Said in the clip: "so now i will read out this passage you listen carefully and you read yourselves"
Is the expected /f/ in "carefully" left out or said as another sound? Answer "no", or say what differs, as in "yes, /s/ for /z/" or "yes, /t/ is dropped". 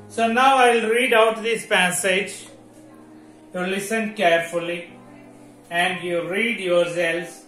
no